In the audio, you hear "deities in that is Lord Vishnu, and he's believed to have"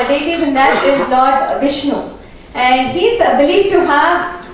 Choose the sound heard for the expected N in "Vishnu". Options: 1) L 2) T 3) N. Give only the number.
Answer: 3